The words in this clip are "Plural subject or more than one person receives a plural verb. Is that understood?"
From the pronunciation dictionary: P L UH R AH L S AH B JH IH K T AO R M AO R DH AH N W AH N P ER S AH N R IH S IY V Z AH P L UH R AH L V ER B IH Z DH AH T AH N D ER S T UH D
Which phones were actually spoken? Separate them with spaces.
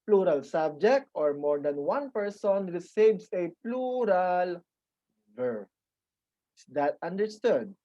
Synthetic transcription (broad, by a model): P L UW R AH L S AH B JH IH K T AO R M AO R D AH N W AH N P ER S AH N R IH S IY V S AH P L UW R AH L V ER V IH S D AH T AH N D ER S T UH D